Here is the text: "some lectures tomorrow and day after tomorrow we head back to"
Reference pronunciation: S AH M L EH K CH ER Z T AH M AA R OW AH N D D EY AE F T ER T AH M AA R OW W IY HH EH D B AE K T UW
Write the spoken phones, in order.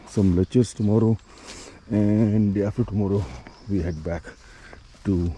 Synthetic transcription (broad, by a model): S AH M L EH CH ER S T AH M AA R OW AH N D D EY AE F T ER T AH M AA R OW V IY HH EH D B AE K T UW